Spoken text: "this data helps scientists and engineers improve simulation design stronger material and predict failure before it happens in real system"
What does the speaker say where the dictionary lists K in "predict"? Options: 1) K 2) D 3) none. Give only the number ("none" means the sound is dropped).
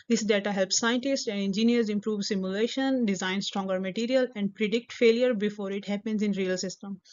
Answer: 1